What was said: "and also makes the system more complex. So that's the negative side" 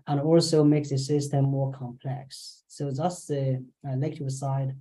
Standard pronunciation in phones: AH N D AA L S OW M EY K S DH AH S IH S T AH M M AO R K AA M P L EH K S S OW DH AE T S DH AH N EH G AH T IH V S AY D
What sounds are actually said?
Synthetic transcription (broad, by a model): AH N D AA L S OW M EY K S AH S IH S T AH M M AO R K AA M P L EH K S S OW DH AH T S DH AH L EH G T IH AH S AY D